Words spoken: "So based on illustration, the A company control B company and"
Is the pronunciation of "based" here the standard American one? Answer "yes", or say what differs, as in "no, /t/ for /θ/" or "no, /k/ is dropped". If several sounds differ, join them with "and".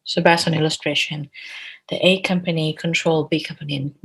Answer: no, /t/ is dropped